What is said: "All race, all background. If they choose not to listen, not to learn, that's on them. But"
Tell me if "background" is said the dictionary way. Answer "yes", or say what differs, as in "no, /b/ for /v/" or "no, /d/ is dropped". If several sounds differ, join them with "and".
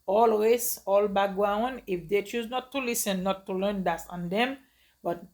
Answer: no, /d/ is dropped